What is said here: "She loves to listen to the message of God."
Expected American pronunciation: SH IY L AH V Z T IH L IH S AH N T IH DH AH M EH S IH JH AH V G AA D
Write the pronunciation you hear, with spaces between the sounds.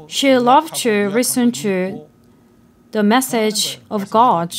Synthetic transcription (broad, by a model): SH IY L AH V T IH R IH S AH N T IH DH AH M EH S IH JH AH V G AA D